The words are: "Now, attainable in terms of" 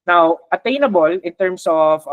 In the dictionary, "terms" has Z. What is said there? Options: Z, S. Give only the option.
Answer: S